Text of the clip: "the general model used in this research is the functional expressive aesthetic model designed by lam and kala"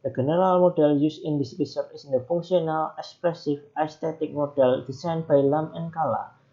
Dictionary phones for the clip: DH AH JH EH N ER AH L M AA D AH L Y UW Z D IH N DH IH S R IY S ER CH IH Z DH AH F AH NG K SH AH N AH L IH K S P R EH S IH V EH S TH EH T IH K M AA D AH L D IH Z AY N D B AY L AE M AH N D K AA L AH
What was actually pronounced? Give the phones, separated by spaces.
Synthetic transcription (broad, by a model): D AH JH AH N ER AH L M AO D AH L Y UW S IH N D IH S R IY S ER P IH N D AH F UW NG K S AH N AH L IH K S P R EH S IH F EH S T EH T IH K M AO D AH L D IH S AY N B AY L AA M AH N K AA L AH